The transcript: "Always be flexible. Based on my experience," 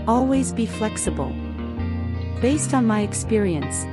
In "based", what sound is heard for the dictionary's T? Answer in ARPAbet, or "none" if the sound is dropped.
T